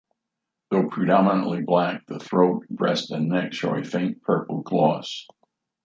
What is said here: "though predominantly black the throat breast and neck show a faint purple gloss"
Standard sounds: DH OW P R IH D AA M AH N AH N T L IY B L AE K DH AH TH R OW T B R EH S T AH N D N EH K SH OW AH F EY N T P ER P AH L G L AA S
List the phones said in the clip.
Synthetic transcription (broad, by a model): DH OW P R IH D AA M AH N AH T L IY B L AE K DH AH TH R OW T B R EH S T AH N N EH K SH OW AH F EY N P ER P L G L AA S